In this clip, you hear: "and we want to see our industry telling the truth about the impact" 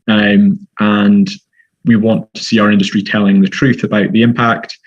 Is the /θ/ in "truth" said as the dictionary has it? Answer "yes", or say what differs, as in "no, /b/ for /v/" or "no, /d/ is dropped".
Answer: yes